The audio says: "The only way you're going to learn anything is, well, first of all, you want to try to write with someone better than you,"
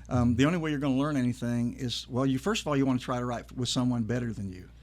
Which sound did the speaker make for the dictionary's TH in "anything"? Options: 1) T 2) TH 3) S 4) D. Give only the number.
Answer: 2